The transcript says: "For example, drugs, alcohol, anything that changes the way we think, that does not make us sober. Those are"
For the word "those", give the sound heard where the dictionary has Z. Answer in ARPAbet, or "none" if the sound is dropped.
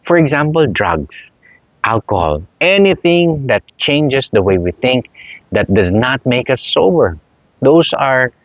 S